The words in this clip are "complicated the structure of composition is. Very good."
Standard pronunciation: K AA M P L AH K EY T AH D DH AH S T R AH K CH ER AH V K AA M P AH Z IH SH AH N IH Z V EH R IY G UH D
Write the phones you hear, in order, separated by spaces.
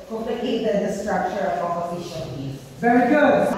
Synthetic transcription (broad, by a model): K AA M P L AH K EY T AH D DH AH S T R AH K CH ER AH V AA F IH SH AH L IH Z V EH R IY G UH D